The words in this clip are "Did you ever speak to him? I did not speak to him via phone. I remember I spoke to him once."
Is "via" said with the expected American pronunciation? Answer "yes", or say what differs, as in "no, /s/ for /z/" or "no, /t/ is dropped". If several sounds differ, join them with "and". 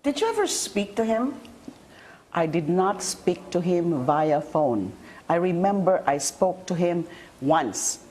yes